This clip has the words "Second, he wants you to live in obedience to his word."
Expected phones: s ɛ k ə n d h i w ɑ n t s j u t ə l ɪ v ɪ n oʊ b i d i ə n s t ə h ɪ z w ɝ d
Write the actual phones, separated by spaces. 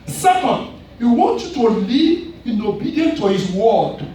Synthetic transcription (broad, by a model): s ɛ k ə n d h i w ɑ n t j u t ə l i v ɪ n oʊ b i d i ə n t ə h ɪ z w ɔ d